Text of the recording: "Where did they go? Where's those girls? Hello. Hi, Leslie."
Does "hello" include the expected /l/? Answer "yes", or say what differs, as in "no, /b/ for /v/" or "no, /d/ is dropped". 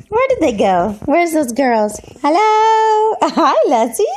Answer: yes